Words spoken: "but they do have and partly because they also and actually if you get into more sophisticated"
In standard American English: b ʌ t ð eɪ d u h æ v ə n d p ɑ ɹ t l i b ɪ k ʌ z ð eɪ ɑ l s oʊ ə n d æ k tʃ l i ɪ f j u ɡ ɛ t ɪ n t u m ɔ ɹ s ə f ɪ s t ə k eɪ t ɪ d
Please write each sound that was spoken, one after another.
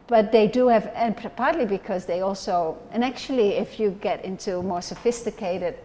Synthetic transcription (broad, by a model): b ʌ t ð eɪ d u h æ v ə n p p ɑ ɹ t l i b ɪ k ʌ z ð eɪ ɑ l s oʊ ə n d æ k tʃ l i ɪ f j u ɡ ɛ t ɪ n t u m ɔ ɹ s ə f ɪ s t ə k eɪ t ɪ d